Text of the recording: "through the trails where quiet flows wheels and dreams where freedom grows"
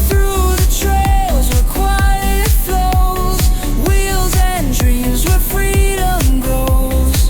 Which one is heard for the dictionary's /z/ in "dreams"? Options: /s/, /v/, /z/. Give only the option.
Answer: /z/